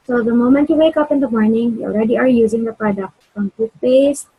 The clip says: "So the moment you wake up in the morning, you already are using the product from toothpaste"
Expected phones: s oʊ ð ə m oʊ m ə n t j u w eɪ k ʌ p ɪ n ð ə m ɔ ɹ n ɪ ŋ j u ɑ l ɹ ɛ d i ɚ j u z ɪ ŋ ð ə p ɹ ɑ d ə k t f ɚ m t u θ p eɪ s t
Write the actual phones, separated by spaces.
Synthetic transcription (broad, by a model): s oʊ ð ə m oʊ m ə n t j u w eɪ k ʌ p ɪ n ð ə m ɔ ɹ n ɪ ŋ j u ɑ l ɹ ɛ d i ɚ j u z ɪ ŋ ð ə p ɹ ɑ d ə k t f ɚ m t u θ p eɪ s